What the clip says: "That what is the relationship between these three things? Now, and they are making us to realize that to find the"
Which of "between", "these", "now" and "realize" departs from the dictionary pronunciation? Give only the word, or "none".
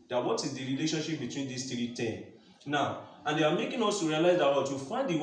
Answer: these